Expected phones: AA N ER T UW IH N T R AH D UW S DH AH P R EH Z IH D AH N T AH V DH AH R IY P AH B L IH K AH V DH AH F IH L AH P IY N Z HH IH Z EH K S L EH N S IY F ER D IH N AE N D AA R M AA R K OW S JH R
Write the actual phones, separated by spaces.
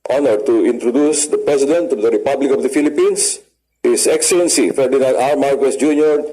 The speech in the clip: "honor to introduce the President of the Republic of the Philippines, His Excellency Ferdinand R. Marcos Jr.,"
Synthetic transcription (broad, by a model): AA N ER T UW IH N T R AH D UW S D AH P R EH S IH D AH N T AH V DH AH R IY P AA B L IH K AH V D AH F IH L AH P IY N S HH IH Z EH K S L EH N S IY F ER D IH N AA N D AA R M AA R K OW S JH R